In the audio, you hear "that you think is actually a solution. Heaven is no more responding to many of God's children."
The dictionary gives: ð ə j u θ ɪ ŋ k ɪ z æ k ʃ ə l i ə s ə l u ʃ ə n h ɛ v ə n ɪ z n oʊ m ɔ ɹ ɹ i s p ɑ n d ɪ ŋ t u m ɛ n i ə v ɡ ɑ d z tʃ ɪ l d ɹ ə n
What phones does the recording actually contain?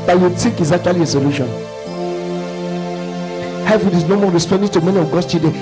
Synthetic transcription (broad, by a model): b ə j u t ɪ k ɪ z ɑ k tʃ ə l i ə s ə l u ʃ ə n h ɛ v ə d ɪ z n oʊ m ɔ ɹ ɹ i s p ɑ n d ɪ t u m ɛ n i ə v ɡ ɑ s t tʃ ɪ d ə